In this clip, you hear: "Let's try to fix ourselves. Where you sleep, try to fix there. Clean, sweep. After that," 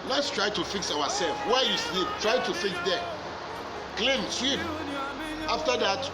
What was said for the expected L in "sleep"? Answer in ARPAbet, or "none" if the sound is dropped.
W